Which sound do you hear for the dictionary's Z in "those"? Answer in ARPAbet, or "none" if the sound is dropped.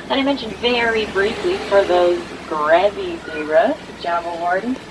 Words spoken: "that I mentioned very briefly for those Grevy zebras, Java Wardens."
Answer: Z